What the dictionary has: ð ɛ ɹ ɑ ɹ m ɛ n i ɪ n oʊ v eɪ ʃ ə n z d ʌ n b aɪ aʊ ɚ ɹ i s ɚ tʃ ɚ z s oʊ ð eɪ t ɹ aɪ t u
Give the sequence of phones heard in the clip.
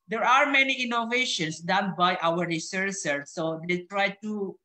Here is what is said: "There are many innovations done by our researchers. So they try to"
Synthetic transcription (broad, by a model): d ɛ ɹ ɑ ɹ m ɛ n i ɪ n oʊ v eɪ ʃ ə n s d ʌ n b aɪ aʊ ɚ ɹ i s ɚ s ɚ s oʊ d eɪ t ɹ aɪ t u